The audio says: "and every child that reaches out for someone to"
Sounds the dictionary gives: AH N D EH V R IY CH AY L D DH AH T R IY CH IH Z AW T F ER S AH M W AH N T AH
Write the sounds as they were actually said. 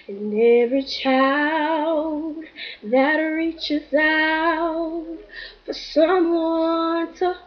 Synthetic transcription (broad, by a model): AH N EH V R IY CH AY L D DH AH T R IY CH IH Z AW T F ER S AH M W AH N T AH